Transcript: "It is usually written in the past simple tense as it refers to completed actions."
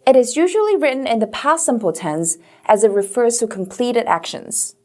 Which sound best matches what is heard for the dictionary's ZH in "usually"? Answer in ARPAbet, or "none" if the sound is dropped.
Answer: ZH